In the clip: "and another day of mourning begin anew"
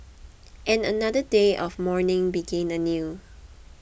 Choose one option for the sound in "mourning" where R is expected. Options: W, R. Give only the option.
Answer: R